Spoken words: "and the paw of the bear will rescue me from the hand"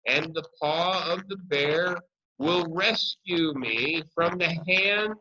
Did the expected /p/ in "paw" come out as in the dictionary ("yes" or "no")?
yes